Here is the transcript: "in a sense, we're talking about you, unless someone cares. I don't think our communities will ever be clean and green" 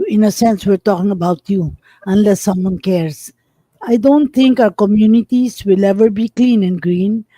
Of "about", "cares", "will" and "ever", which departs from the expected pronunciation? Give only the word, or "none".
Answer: cares